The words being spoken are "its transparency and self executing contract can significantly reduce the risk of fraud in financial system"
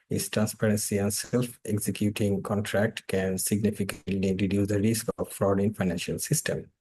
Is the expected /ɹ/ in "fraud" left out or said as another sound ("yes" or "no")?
no